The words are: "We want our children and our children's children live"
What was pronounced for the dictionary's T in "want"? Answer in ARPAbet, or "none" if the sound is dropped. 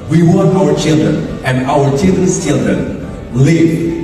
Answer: none